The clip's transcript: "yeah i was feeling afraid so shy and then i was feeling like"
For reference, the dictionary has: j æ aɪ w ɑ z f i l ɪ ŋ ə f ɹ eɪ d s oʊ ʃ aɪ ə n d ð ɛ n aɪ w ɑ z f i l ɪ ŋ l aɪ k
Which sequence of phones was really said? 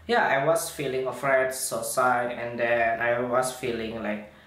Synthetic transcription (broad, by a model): j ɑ aɪ w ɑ s f i l ɪ ŋ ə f ɹ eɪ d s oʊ s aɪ ə n d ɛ n aɪ w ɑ s f i l ɪ ŋ l aɪ k